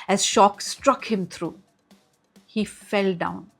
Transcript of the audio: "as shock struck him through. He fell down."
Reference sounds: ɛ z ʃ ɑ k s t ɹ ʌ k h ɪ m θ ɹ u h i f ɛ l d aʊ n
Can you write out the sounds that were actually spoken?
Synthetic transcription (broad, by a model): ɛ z ʃ ɑ k s t ɹ ʌ k h ɪ m t ɹ u h i f ɛ l d aʊ n